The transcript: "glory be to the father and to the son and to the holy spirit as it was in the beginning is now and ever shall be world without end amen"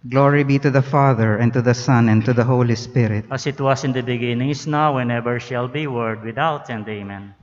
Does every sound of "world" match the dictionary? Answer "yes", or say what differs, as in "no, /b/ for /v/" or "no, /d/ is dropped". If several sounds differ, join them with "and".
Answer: no, /l/ is dropped